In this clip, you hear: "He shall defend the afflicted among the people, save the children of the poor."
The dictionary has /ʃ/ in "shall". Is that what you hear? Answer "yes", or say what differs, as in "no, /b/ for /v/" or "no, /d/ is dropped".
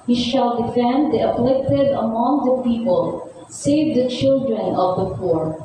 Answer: yes